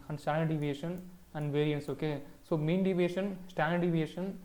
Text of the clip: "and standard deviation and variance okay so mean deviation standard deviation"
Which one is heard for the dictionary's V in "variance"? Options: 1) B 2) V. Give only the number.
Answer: 2